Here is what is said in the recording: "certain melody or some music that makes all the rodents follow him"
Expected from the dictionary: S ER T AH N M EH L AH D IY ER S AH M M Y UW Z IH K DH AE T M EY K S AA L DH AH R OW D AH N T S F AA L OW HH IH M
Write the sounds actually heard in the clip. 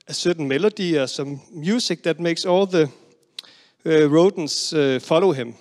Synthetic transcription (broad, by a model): S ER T N M EH L AH D IY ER S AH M M Y UW S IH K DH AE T M EY K S AA L DH AH R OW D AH N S F AA L OW HH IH M